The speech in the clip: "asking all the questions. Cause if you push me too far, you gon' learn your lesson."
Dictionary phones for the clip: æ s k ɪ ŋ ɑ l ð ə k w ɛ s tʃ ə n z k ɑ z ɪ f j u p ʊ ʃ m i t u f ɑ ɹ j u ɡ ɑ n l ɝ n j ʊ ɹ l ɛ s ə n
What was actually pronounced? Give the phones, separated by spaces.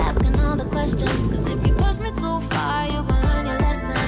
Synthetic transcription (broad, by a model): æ s k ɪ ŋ ɑ l ð ə k w ɛ s tʃ ə n z k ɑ z ɪ f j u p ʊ s m i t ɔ f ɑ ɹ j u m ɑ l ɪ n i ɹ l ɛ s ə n